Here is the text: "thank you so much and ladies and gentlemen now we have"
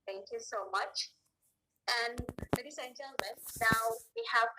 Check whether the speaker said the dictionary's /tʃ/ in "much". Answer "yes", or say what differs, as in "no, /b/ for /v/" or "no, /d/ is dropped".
yes